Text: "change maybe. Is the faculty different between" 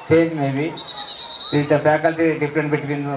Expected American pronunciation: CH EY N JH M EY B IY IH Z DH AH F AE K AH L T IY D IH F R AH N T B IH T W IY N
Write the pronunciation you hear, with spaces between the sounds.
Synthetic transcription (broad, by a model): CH EY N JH M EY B IY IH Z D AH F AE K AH L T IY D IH P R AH N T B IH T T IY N